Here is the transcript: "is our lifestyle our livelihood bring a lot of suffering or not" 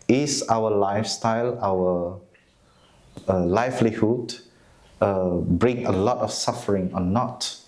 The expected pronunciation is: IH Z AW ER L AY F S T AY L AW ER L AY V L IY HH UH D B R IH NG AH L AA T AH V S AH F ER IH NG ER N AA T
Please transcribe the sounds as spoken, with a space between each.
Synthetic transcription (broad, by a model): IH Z AW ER L AY F S T AY L AW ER L AY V L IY HH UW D B R IH NG AH L AA T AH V S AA F ER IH NG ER N AA T